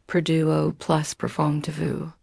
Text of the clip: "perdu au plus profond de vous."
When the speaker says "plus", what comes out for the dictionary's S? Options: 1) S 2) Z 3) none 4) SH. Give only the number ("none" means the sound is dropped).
1